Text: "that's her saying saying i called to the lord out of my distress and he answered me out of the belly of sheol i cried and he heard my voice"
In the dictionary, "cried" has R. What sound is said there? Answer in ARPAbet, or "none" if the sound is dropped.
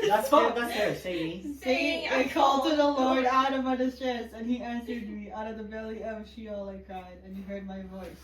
none